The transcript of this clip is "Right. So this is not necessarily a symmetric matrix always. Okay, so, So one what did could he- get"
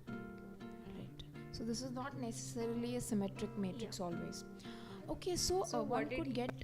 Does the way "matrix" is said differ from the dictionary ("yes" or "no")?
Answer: no